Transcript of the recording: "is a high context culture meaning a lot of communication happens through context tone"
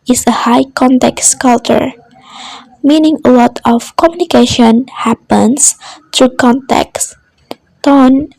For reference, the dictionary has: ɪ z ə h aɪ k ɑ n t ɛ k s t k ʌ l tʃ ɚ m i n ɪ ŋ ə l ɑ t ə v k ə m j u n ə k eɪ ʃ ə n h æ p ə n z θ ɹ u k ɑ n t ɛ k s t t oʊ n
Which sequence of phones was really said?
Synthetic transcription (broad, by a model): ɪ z ə h aɪ k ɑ n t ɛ k s k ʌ l tʃ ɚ m i n ɪ ŋ ə l ɑ t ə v k ə m j u n ə k eɪ ʃ ə n h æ p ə n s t ɹ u k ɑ n t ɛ k s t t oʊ n